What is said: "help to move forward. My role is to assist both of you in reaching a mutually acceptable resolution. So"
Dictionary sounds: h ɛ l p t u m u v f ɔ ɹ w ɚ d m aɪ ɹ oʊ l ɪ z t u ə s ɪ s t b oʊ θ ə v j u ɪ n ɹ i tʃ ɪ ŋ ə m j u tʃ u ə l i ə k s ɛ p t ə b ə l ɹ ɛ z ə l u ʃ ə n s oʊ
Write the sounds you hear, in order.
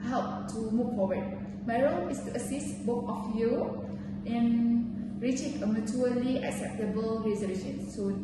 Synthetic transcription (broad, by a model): h ɛ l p t u m u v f ɔ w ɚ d m aɪ ɹ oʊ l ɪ s t u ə s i s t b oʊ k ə f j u ɪ n ɹ i tʃ ɪ ŋ ə m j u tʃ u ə l i ə k s ɛ p t ə b ə l ɹ ɛ z ə l u ʃ ə n s oʊ